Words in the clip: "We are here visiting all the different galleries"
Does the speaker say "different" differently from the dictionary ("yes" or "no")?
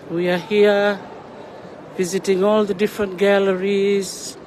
no